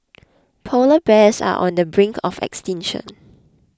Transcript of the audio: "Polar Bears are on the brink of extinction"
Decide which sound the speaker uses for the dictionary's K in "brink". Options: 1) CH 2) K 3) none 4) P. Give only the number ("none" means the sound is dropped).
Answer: 2